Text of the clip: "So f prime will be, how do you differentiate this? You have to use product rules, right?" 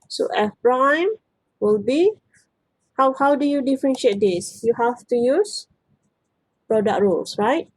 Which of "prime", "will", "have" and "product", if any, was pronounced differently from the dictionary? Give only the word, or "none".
have